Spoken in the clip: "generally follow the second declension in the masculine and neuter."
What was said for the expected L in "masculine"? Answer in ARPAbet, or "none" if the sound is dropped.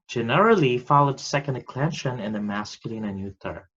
L